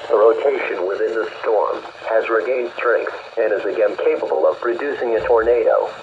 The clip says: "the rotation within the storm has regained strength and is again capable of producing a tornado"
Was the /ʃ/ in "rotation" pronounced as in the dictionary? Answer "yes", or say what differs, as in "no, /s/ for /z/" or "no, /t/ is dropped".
yes